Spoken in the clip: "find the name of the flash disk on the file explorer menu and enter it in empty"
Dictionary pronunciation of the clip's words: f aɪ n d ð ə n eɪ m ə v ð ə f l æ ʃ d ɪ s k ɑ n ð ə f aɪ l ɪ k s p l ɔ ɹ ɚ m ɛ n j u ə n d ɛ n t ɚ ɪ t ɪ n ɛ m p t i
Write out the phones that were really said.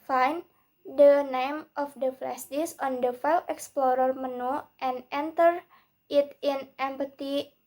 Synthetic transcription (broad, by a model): f aɪ n d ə n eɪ m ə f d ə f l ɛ s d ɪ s ɑ n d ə f aɪ l ɪ k s p l ɔ ɹ ɚ m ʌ n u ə n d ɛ n t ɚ ɪ t ɪ n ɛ m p t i